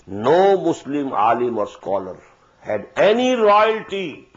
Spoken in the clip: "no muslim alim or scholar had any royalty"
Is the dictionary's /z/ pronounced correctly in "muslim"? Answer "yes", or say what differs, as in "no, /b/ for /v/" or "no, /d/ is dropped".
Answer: no, /s/ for /z/